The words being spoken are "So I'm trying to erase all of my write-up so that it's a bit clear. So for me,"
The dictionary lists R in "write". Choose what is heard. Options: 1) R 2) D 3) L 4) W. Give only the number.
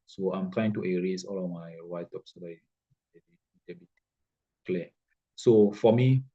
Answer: 4